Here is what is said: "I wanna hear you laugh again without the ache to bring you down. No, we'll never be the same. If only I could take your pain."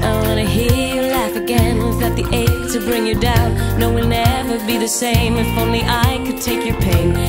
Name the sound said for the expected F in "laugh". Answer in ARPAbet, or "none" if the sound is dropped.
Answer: F